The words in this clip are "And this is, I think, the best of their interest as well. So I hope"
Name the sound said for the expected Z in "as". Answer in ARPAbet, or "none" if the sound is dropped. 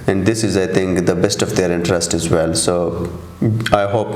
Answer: Z